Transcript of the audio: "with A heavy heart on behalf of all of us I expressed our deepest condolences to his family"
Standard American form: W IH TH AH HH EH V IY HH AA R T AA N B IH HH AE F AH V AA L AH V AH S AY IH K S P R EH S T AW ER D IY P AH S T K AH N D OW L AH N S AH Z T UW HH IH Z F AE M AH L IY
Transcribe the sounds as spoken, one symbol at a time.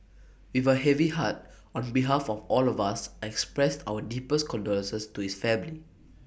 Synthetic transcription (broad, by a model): W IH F AH HH EH V IY HH AA T AA N B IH HH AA F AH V AA L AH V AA S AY IH K S P R EH S T AW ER D IY P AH S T K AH N D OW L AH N S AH S T UW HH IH S F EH M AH L IY